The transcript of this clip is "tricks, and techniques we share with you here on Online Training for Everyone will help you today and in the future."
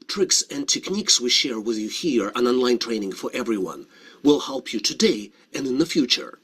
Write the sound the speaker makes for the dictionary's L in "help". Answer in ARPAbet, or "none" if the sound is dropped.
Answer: L